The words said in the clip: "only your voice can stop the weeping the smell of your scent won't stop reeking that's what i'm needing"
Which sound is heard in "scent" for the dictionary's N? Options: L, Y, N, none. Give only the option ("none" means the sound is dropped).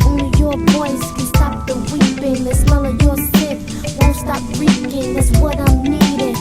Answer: none